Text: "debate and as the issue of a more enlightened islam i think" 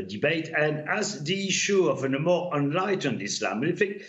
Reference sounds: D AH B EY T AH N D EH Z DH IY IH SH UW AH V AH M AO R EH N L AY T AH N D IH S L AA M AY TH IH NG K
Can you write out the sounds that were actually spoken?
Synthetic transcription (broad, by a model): D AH B EY T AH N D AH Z DH IY IH SH UW AH V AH M AO R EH N L AY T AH N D IH S L AA M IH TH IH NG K